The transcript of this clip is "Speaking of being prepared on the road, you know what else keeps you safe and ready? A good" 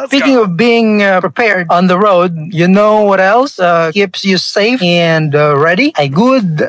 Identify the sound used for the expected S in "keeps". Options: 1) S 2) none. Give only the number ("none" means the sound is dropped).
1